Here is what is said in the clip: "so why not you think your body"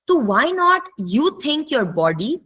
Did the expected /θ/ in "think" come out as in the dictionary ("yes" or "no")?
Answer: no